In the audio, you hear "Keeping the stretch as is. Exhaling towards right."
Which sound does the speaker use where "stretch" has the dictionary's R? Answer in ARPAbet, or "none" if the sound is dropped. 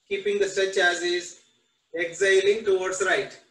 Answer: none